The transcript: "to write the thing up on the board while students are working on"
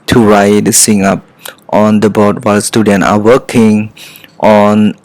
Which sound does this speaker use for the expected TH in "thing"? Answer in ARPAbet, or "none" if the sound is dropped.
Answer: S